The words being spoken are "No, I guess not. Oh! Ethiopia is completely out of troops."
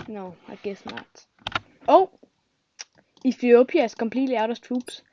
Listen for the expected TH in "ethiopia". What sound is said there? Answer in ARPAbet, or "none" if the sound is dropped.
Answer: F